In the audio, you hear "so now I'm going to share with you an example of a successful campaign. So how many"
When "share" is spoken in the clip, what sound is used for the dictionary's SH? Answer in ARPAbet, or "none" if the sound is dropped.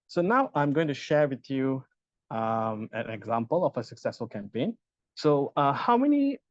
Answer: SH